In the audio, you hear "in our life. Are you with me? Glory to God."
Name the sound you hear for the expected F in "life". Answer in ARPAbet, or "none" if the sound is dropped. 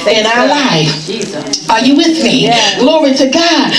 none